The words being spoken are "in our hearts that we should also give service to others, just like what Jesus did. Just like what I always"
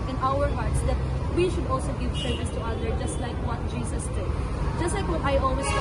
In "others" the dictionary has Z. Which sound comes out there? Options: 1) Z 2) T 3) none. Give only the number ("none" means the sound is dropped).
3